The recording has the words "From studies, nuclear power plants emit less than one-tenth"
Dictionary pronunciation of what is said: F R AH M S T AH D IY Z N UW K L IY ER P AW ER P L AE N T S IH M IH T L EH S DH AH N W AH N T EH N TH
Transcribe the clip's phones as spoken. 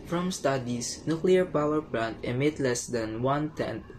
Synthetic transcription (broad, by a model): F R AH M S T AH D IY S N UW K L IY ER P AW ER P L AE N T IH M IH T L EH S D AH N W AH N T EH N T